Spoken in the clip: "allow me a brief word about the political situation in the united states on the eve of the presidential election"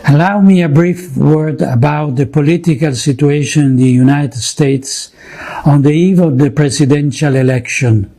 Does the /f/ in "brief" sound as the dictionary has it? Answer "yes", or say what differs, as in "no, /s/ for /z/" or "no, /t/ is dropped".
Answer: yes